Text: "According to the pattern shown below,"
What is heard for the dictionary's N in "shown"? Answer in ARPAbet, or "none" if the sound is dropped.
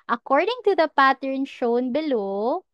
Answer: N